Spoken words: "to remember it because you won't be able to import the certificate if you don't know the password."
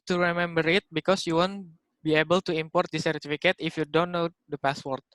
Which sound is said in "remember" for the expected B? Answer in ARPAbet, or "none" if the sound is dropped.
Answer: B